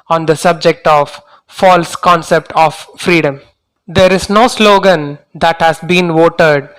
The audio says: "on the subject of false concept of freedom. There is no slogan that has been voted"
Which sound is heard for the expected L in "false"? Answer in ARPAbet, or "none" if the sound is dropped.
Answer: L